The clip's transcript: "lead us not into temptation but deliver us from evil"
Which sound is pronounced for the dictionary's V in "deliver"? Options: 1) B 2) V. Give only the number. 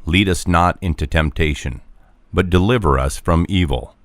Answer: 2